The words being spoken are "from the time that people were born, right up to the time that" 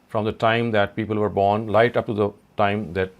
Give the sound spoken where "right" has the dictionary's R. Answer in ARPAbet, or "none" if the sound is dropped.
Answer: L